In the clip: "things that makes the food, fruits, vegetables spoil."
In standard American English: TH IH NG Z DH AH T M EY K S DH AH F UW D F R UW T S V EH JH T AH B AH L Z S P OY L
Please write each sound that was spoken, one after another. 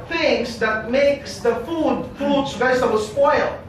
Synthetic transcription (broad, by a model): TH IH NG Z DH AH T M EY K S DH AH F UW D P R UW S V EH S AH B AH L S P OY L